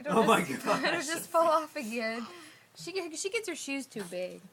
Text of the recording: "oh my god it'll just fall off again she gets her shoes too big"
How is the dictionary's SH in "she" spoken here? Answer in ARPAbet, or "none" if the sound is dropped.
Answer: SH